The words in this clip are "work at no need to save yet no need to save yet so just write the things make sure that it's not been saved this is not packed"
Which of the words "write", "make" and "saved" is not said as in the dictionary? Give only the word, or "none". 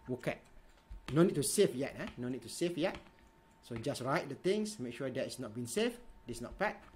saved